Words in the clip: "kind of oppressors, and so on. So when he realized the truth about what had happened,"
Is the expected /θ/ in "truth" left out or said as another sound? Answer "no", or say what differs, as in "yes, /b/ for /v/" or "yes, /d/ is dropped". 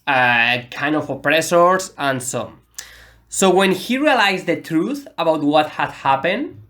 no